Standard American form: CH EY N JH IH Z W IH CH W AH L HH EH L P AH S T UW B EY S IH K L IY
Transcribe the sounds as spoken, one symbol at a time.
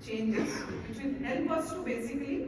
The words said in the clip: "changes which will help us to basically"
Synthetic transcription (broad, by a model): CH EY N JH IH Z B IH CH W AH N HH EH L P AH S T UW B EY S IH K L IY